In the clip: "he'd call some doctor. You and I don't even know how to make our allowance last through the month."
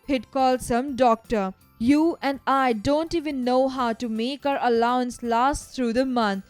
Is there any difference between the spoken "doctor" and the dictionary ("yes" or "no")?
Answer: no